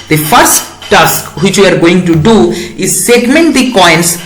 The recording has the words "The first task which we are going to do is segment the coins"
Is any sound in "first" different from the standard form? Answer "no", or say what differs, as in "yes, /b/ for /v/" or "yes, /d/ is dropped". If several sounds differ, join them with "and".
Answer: no